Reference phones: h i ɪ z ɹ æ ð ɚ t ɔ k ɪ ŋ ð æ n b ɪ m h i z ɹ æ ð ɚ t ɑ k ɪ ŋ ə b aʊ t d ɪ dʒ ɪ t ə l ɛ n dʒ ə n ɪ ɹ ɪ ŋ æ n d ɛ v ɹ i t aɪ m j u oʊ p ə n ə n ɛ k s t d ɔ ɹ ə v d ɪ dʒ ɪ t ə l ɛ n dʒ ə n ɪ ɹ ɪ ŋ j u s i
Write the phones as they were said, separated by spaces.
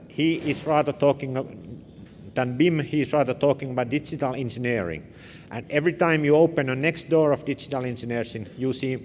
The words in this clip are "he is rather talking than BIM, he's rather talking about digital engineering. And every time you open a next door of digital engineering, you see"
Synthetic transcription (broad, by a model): h i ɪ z ɹ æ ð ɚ t ɔ k ɪ ŋ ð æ n b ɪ m h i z ɹ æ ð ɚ t ɑ k ɪ ŋ ə b aʊ t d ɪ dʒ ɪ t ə l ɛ n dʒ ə n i ɹ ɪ ŋ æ n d ɛ v ɹ i t aɪ m j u oʊ p ə n ə n ɛ k s t d ɔ ɹ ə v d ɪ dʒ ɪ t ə l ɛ n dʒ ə n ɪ ɹ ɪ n j u s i